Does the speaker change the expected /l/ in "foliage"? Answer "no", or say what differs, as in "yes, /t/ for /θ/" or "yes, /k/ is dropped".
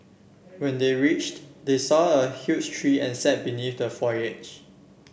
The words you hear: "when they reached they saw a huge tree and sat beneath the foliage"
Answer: yes, /l/ is dropped